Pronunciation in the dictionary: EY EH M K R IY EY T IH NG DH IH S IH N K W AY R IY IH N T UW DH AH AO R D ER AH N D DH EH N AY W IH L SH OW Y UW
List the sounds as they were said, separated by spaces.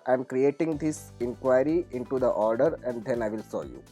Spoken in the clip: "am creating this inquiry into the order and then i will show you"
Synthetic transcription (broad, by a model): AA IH M K R IY EY T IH NG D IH S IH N K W AY R IY IH N T UW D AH AO R D ER AH N D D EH N AY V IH L S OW Y UW